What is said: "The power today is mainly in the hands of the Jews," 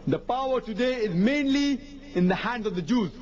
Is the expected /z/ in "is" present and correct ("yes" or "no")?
yes